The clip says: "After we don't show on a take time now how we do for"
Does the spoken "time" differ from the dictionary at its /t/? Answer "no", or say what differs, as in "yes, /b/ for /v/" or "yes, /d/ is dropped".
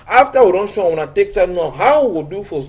yes, /s/ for /t/